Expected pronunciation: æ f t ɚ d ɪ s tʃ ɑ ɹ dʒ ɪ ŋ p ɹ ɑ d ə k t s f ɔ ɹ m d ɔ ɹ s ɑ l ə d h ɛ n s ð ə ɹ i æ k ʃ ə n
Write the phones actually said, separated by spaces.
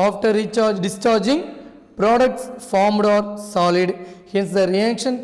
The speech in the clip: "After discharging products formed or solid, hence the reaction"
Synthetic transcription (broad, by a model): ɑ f t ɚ d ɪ s tʃ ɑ ɹ dʒ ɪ ŋ p ɹ ɑ d ə k t s f ɔ ɹ m d ɔ ɹ s ɑ l ə d h ɛ n s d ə ɹ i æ k ʃ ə n